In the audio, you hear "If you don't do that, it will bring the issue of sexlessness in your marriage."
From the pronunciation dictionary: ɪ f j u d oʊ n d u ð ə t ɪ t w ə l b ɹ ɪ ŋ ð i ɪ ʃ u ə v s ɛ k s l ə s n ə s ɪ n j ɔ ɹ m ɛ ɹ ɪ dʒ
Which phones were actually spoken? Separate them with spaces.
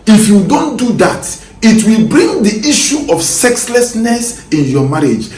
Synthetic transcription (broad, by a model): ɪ f j u d oʊ n d u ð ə t ɪ t w ə l b ɹ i ŋ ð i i ʃ u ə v s ɛ k s l ə s n ə s ɪ n j ɔ m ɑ ɹ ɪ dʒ